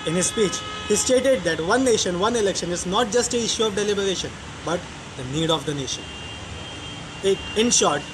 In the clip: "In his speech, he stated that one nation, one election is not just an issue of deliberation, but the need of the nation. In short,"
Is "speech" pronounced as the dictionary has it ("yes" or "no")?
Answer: yes